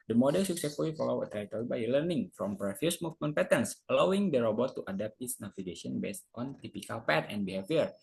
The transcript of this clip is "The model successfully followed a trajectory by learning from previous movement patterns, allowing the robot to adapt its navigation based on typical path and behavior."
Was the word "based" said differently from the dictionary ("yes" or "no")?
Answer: no